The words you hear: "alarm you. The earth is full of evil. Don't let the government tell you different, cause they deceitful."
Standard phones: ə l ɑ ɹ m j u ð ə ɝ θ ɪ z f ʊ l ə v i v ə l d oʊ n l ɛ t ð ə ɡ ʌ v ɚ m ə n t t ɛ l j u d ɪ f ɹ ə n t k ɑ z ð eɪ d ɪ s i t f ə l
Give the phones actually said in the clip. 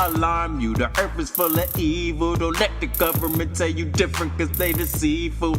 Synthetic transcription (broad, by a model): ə l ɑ ɹ m j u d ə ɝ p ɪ s f ʊ l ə i v ə l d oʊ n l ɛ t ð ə ɡ ʌ v ɚ m ə n t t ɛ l j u d ɪ f ɹ ə n t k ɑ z ð eɪ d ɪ s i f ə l